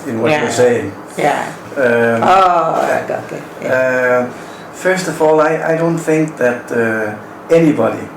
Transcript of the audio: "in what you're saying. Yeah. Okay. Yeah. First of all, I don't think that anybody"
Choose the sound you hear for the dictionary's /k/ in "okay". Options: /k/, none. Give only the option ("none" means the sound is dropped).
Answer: none